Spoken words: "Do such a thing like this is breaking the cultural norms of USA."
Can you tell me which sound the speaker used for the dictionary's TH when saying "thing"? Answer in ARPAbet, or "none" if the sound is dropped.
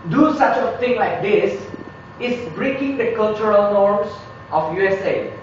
T